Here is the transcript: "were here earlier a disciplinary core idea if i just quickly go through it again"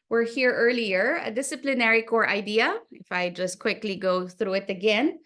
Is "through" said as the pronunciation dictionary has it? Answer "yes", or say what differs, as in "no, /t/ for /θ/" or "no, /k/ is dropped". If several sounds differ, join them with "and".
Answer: yes